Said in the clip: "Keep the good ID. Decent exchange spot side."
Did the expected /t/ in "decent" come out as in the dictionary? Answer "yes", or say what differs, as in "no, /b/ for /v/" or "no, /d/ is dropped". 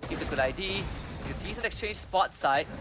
no, /t/ is dropped